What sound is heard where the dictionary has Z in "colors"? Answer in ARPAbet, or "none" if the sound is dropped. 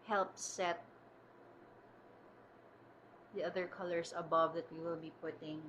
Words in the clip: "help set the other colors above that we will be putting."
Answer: S